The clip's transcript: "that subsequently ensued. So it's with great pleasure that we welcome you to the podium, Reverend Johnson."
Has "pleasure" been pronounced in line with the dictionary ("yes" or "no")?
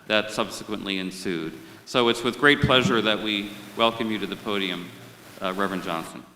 yes